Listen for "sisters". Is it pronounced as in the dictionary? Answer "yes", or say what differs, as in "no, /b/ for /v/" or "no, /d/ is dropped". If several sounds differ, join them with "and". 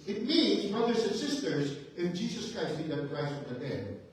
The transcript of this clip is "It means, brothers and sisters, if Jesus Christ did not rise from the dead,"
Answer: yes